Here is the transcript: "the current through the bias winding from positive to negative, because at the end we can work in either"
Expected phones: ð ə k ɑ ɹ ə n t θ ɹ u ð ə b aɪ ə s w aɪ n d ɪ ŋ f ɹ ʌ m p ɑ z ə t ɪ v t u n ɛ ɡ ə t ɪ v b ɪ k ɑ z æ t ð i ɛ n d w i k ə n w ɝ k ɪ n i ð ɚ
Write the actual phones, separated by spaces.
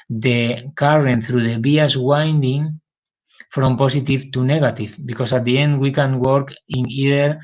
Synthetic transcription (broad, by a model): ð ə k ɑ ɹ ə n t θ ɹ u ð ə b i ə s w aɪ n d ɪ ŋ f ɹ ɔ m p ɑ s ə t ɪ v t u n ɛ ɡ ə t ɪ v b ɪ k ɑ s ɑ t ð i ɛ n d w i k ə n w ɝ k ɪ n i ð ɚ